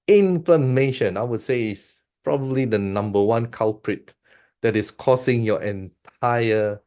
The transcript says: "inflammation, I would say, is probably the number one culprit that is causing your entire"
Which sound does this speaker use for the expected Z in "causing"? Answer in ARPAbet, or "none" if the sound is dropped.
S